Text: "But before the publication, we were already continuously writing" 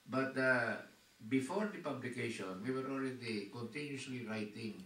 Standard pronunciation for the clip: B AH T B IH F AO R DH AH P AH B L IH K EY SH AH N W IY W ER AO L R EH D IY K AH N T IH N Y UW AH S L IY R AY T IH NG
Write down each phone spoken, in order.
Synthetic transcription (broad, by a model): B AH T B IH F AO R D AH P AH B L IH K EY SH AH N W IY W ER AO L R EH D IY K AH N T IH N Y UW S L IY R AY T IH NG